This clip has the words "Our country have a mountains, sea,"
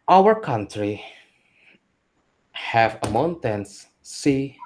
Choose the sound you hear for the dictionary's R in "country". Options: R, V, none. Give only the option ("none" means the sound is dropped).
R